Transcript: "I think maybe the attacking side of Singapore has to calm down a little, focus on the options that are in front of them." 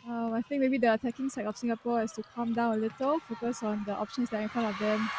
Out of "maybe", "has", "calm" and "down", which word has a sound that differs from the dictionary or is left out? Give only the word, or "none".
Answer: has